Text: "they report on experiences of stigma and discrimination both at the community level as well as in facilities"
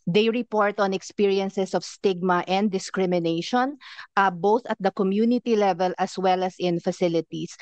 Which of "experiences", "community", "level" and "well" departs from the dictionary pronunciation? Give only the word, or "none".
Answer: experiences